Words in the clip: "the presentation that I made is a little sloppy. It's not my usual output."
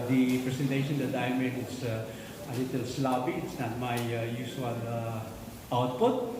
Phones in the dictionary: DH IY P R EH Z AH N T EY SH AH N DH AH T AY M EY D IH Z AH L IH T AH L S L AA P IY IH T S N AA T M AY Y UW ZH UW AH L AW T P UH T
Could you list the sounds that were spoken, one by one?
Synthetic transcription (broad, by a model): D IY P R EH S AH N T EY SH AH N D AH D AY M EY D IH S AH L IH T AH L S L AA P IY IH T S N AA T M AY Y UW S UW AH L AW T P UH T